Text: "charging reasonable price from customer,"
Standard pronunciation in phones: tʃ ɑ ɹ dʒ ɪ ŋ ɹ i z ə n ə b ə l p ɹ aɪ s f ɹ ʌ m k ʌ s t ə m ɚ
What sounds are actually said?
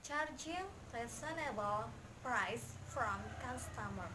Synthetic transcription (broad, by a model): tʃ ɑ ɹ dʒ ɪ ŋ l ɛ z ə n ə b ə l p ɹ aɪ s f ɹ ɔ m k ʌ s t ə m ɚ